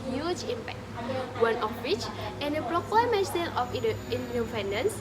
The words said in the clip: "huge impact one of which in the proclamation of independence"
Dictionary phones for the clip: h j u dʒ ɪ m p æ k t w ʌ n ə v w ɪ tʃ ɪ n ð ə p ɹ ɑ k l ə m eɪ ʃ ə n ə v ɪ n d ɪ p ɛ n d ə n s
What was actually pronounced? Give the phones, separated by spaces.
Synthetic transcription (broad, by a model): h j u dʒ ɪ m p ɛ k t w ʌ n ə f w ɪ tʃ ɪ n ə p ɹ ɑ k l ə m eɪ s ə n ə f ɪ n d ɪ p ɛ n d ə n s